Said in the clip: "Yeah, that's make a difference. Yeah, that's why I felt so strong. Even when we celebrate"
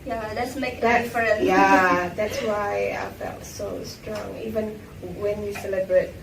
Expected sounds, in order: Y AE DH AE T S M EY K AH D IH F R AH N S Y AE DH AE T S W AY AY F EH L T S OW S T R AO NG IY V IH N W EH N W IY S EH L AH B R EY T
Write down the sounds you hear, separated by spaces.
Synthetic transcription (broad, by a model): Y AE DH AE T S M EY K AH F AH R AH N Y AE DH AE T S W AY AY F EH L T S OW S T R AO NG IY V IH N W EH N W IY S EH L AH B R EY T